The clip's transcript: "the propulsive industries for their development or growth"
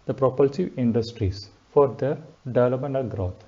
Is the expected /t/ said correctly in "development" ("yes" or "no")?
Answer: no